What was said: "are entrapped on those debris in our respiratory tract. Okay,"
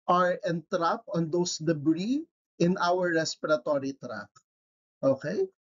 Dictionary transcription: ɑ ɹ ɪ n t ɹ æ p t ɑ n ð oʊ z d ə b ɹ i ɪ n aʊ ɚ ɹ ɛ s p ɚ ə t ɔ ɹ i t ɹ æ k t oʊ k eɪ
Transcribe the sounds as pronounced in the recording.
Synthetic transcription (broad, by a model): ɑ ɹ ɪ n t ɹ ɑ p ɑ n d oʊ s d ə b ɹ i ɪ n aʊ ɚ ɹ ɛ s p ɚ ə t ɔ ɹ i t ɹ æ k t oʊ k eɪ